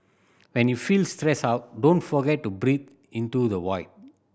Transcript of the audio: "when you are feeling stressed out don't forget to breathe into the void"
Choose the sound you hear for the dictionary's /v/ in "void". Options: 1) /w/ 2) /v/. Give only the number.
1